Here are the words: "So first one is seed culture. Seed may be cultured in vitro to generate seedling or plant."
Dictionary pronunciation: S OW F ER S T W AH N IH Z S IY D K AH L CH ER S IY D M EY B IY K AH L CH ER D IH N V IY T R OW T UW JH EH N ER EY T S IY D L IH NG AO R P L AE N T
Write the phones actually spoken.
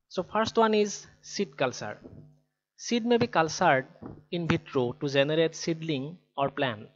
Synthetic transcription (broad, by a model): S OW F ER S T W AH N IH Z S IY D K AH L S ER S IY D M EY B IY K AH L S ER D IH N B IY T R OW T UW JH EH N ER EY T S IY D L IH NG AO R P L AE N